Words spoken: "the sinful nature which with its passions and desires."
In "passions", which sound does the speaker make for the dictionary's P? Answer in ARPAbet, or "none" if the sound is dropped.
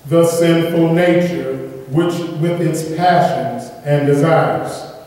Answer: P